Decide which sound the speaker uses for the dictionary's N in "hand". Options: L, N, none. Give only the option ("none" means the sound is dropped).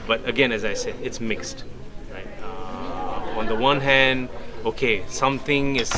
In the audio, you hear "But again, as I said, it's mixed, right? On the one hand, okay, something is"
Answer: N